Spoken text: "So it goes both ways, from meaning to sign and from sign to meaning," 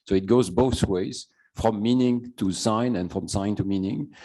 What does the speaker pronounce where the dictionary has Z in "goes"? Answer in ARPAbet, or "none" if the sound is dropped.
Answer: Z